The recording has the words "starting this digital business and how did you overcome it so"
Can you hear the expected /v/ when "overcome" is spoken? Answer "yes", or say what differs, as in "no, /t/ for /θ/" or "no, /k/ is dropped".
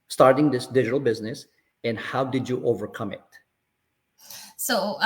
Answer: yes